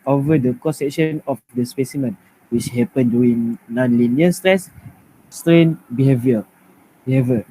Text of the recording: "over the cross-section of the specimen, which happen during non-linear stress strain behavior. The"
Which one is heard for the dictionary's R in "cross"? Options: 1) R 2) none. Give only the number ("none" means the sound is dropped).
2